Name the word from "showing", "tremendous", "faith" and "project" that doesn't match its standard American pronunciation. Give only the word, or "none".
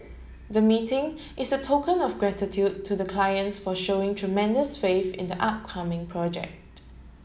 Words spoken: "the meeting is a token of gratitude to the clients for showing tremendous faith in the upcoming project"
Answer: faith